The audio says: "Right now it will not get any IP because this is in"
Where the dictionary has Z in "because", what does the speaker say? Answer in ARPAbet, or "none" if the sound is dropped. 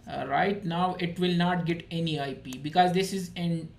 Z